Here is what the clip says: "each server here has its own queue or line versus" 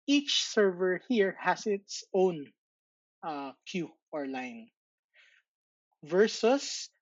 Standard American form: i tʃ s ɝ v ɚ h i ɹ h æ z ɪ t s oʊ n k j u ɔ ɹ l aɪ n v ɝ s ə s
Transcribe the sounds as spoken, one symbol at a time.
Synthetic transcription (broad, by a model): i tʃ s ɝ v ɚ h i ɹ h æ s ɪ t s oʊ n k j u ɔ ɹ l aɪ n v ɝ s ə s